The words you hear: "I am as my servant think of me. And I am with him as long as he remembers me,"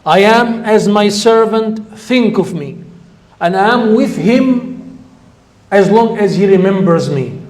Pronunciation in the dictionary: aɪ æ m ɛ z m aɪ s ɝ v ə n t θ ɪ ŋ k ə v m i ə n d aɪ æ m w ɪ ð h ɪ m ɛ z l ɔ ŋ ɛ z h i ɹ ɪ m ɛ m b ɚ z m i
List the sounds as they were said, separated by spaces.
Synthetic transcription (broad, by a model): aɪ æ m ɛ z m aɪ s ɝ v ə n t θ ɪ ŋ k ə v m i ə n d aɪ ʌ m w ɪ ð h ɪ m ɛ z l ɔ ŋ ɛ z h i ɹ ɪ m ɛ m b ɚ z m i